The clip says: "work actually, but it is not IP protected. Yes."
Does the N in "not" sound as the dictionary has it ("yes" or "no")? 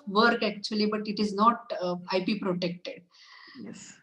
yes